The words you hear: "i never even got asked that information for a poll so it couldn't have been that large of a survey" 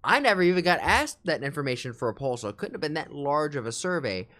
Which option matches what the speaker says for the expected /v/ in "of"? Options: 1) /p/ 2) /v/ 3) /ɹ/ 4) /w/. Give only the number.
2